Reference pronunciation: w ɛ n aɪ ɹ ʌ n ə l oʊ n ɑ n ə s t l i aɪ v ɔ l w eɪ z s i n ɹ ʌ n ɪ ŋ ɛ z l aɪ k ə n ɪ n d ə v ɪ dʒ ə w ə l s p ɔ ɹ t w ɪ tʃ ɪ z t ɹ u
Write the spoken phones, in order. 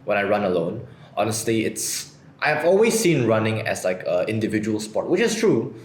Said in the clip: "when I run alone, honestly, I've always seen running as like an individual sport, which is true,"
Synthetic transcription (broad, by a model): w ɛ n aɪ ɹ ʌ n ə l oʊ n ɑ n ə s t l i aɪ v ɔ l w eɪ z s i n ɹ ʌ n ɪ ŋ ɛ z l aɪ k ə ɪ n d ə v ɪ dʒ ə w ə l s p ɔ t w ɪ tʃ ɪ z t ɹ u